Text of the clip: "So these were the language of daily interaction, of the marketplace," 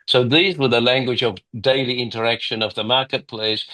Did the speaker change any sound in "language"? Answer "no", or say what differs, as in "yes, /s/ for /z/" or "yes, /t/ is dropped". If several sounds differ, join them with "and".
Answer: no